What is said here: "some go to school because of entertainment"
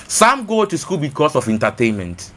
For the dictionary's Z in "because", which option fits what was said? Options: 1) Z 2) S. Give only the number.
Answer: 2